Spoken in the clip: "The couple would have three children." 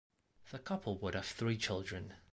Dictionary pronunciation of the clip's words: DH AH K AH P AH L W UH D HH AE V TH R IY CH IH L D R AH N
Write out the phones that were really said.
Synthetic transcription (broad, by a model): DH AH K AH P AH L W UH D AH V TH R IY CH IH L D R AH N